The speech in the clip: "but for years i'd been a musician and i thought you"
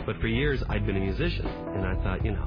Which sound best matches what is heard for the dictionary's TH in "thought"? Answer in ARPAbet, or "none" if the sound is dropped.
TH